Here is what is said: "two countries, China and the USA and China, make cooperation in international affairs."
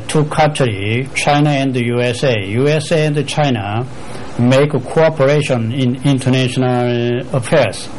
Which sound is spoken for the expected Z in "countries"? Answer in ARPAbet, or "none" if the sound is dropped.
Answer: none